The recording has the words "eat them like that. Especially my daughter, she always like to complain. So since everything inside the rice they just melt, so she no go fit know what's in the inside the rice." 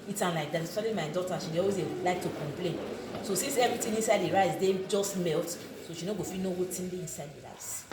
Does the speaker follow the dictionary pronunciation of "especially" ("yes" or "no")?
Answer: no